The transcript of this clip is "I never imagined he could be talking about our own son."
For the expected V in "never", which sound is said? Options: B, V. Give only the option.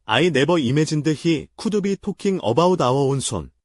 B